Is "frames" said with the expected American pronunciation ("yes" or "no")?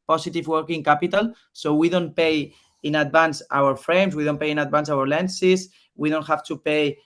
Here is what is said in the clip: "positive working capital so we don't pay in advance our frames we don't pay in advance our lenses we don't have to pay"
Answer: no